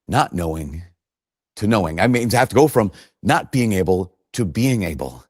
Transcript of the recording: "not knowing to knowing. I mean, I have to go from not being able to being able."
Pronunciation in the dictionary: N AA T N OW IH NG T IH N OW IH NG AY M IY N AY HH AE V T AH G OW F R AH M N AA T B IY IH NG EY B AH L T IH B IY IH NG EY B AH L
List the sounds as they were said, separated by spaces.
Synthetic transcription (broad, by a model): N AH T N OW IH NG T IH N OW IH NG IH M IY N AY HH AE F T AH G OW F R AH M N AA T B IY IH NG EY B L T IH B IY IH NG EY B L